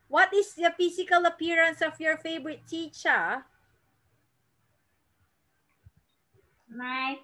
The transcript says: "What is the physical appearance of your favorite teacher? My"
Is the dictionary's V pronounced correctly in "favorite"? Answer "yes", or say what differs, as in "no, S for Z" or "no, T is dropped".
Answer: no, B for V